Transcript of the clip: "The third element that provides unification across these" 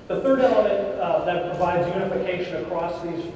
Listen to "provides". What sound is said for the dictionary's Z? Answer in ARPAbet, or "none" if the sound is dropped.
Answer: Z